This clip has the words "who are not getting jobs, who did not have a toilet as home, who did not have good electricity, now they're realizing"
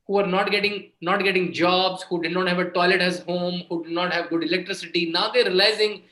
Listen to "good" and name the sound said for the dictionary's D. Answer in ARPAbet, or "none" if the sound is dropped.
D